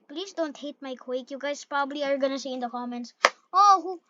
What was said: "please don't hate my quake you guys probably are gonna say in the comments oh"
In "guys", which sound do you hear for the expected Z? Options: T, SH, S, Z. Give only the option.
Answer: S